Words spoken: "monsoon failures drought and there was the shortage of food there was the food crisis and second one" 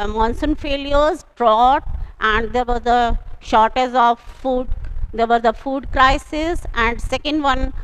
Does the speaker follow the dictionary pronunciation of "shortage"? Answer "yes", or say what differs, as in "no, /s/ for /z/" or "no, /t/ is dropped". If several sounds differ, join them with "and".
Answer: no, /z/ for /dʒ/